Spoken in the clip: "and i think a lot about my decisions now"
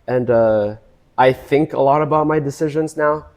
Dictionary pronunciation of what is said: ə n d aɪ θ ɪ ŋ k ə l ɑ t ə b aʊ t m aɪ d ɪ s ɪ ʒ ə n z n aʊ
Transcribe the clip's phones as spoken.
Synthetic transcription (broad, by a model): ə n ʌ aɪ θ ɪ ŋ k ə l ɑ t ə b aʊ t m aɪ d ɪ s ɪ ʒ ə n z n aʊ